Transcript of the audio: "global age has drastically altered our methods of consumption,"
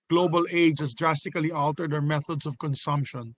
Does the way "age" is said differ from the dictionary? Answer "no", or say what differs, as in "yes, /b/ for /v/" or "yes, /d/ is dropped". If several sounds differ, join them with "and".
no